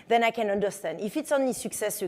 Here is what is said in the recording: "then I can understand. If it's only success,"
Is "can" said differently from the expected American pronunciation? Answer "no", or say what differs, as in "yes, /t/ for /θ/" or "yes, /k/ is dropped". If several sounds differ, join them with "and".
no